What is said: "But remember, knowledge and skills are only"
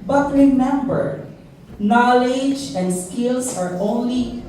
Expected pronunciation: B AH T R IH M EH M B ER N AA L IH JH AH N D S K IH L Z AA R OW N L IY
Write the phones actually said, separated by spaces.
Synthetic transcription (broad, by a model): B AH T R IH M EH M B ER N AA L IH JH AH N D S K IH L S AA R OW N L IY